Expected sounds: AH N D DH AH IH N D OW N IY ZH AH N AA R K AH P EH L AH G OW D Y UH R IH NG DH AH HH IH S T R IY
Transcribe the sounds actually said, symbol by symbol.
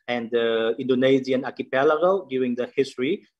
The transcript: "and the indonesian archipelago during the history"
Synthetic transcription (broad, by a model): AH N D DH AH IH N D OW N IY Z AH N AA K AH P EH L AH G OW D Y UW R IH NG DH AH HH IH S T R IY